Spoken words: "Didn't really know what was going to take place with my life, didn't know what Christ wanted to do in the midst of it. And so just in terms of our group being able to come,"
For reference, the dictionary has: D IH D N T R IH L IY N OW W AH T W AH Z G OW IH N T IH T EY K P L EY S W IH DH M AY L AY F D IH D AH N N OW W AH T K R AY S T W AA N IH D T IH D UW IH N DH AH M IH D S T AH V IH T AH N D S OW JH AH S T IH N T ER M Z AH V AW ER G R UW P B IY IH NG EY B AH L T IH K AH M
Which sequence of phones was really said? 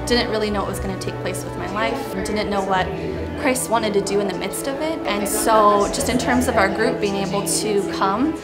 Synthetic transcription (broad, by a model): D IH D N T R IH L IY N OW W AH T W AH Z G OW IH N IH T EY K P L EY S W IH DH M AY L AY F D IH D N N OW W AH T K R AY S T W AA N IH D T IH D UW IH N DH AH M IH D S T AH V IH T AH N S OW JH AH S T IH N T ER M Z AH V AW ER G R UW P B IY IH NG EY B L T IH K AH M